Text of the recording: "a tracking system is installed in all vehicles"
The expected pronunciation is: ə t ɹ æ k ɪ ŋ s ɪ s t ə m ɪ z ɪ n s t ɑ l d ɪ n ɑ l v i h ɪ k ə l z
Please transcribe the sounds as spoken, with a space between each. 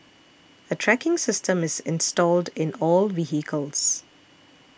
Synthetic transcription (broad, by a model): ə t ɹ æ k ɪ ŋ s ɪ s t ə m ɪ z ɪ n s t ɑ l d ɪ n ɑ l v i h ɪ k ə l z